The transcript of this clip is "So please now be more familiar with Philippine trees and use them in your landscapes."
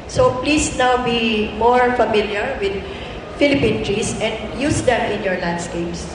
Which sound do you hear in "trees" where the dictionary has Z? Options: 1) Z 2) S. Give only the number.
2